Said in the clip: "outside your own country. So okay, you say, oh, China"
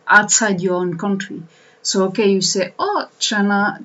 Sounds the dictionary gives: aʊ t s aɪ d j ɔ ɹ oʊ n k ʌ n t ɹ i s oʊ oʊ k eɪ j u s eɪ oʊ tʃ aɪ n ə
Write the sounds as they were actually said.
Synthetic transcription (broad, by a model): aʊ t s aɪ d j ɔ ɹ oʊ n k ʌ n t ɹ i s oʊ oʊ k eɪ j u s eɪ oʊ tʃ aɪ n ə